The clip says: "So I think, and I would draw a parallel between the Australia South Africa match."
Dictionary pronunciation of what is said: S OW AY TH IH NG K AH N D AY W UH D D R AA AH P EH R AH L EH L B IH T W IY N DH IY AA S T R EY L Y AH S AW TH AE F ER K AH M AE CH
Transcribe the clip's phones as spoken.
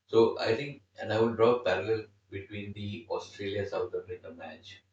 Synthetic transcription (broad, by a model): S OW AY T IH NG K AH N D AY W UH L D R AA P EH R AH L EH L B IH T W IY N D IY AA S T R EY L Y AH S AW T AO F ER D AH M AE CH